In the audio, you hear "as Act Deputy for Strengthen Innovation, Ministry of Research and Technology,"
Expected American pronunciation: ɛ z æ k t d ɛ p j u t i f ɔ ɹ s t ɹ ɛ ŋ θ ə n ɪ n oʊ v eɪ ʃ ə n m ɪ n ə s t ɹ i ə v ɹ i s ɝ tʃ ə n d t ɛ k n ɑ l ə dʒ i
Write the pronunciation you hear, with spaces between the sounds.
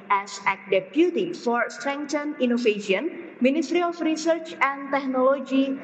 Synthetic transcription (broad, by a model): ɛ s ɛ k d ɛ p j u t i f ɔ ɹ s t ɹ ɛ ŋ t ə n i n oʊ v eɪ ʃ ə n m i n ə s t ɹ i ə f ɹ i s ɝ tʃ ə n t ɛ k n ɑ l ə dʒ i